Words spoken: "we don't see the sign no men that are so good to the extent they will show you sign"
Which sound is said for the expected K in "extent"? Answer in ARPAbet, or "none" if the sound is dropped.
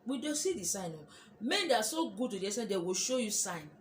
none